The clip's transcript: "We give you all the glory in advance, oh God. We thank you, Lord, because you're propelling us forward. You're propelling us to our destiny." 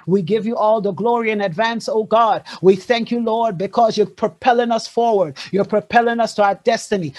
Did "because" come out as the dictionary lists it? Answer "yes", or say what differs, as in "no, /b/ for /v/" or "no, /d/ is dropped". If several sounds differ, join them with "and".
yes